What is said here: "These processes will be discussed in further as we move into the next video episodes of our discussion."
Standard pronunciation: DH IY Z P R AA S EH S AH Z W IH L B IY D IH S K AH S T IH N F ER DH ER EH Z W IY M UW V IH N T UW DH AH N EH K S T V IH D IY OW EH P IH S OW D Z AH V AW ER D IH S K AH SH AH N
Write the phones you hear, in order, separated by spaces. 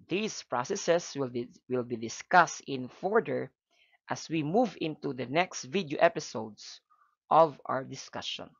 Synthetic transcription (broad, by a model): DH IY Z P R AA S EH S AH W W IH L B IY D IH S K AH S T IH N F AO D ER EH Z W IY M UW V IH N T UW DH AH N EH K S T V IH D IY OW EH P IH S OW D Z AH V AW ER D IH S K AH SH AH N